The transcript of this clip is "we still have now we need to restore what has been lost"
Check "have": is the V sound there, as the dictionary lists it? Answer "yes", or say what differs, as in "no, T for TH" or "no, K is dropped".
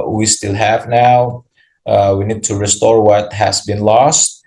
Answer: yes